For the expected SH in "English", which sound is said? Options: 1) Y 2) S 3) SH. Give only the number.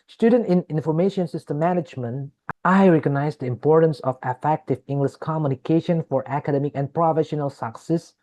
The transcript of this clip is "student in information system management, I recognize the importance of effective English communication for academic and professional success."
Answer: 2